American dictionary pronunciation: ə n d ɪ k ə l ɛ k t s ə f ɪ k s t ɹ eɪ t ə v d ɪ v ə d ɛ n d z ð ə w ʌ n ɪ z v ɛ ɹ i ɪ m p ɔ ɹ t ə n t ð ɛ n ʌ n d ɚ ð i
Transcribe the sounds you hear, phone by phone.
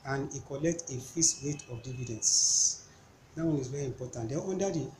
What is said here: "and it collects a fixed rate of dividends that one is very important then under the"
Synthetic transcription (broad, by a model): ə n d ɪ k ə l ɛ k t ə f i s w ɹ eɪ t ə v d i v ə d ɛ n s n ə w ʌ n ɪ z v ɛ ɹ i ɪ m p ɔ t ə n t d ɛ ɔ n d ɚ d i